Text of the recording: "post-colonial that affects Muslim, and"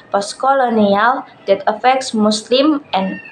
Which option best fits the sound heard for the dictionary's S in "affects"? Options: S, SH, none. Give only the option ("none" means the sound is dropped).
S